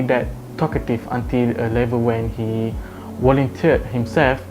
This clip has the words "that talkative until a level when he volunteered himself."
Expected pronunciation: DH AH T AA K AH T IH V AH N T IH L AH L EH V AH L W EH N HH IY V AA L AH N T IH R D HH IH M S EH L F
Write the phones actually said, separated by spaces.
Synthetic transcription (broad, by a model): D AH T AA K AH T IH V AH N T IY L AH L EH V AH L W EH N HH IY W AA L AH N T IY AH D HH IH M S EH L F